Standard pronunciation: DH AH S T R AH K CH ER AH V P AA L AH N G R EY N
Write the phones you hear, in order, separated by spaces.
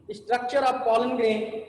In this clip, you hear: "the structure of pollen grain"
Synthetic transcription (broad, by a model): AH S T R AH K CH ER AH P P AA L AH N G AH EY